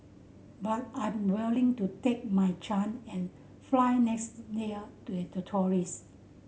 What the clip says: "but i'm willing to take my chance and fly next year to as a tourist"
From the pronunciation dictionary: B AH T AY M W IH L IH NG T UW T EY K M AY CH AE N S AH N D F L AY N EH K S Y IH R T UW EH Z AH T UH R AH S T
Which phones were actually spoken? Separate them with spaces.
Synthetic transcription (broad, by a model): B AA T AY M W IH L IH NG T UW T EY K M AY CH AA N AH N F L AY N EH K S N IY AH T UW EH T AH T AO R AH S